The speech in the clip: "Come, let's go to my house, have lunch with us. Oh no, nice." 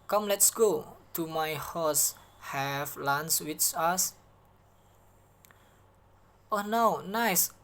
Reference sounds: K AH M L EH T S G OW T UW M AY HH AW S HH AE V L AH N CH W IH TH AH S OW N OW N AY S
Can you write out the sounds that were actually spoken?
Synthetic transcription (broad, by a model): K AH M L EH T S G OW T UW M AY HH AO S HH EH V L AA N S W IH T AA S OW N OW N AY S